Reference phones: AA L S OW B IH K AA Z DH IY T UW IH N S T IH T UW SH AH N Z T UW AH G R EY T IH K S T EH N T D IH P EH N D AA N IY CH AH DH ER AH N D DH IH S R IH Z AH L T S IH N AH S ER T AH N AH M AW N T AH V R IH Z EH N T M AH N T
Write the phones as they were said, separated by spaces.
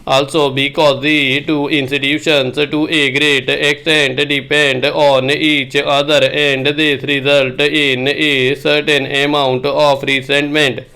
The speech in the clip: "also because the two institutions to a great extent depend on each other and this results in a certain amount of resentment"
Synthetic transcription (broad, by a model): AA L S OW B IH K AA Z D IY T UW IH N S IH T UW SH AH N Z T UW AH G R EY T IH K S T EH N T D IH P EH N D AA N IY CH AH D ER AH N D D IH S R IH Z AH L T IH N AH S ER T AH N AH M AW N T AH P R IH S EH N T M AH N T